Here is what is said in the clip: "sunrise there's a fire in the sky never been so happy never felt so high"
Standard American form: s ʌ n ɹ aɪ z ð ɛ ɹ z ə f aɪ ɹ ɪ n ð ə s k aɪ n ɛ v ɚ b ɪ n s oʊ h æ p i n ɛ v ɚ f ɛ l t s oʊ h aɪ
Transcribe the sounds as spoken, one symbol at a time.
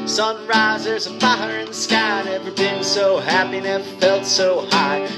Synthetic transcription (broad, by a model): s ʌ n ɹ aɪ z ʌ ɹ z ə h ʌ ɹ ɪ n ð ə s k aɪ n ɛ v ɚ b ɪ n s oʊ h æ p i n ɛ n f ɛ l t s oʊ h aɪ